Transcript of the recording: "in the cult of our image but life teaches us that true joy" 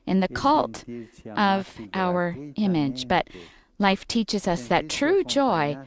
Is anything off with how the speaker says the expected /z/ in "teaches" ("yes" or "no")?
no